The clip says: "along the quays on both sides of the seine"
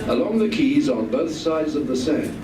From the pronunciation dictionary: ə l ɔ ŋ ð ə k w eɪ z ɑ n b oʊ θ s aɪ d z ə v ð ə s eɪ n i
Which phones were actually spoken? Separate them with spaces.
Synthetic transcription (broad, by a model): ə l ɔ ŋ ð ə k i z n b oʊ θ s aɪ d z ə v ð ə s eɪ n